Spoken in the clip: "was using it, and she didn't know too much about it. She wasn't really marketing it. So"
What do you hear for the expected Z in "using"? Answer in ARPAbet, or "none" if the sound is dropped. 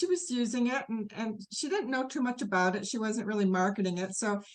Z